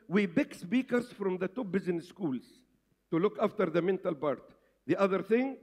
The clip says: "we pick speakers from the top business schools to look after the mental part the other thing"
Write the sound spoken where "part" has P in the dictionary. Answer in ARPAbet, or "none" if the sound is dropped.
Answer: B